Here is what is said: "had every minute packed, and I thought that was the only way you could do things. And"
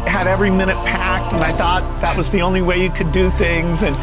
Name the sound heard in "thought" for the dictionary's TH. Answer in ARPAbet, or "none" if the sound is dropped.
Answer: TH